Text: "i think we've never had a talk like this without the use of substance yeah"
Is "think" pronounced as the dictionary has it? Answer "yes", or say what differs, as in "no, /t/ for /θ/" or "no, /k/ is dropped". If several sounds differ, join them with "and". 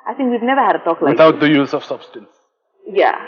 yes